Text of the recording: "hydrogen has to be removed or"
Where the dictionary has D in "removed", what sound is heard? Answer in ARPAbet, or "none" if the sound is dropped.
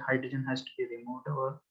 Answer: none